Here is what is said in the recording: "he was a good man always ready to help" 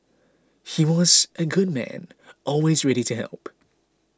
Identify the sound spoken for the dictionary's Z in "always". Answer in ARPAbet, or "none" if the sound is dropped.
Z